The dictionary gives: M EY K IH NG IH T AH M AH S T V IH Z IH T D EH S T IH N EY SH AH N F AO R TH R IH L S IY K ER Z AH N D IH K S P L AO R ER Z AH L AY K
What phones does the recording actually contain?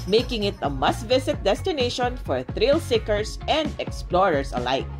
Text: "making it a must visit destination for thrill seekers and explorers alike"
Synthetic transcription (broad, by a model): M EY K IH NG IH T AH M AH S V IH S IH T D EH S T IH N EY SH AH N F AO R TH R IH L S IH K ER S AH N D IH K S P L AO R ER S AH L AY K